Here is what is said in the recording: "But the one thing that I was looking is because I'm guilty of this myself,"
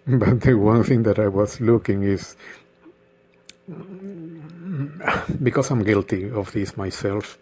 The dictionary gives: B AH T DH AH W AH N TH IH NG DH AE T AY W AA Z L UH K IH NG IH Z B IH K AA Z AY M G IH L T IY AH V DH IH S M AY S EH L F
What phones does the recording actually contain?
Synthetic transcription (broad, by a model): B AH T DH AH W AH N TH IH NG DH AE T AY W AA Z L UH K IH NG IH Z B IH K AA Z AY M G IH L T IY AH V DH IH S M AY S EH L F